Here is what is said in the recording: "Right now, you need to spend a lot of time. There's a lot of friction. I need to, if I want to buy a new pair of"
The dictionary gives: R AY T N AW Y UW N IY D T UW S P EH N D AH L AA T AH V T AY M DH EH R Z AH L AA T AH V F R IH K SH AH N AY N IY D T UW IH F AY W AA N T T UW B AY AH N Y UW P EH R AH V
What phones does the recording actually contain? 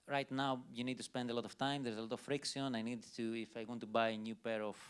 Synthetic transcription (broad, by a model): R AY T N AW Y UW N IY D T UW S P EH N D AH L AA T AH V T AY M DH EH R Z AH L AA T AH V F R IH K S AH N AY N IY D T UW IH F AY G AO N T T UW B AY AH N Y UW P EH R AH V